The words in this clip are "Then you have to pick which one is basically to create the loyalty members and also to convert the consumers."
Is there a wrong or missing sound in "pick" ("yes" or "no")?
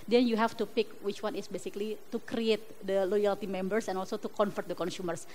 no